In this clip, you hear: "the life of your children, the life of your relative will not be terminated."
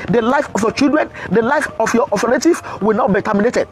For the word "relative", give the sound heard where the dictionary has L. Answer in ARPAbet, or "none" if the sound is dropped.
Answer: N